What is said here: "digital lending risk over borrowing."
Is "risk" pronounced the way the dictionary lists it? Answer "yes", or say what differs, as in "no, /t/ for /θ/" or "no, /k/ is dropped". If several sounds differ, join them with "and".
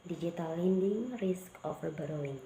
yes